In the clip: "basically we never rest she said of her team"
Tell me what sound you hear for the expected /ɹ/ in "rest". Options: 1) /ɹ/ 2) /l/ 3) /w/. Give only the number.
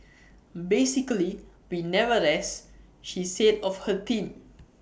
2